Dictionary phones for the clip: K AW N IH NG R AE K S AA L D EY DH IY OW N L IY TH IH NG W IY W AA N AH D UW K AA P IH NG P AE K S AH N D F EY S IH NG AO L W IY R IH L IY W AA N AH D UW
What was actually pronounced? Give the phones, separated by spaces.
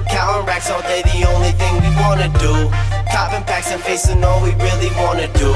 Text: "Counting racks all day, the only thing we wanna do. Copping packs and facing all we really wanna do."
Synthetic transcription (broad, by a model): K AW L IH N R AE K S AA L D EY DH IY OW N L IY TH IH NG W IY W AA N AH D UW K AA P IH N P AE K S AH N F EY S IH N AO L W IY R IH L IY W AA N AH D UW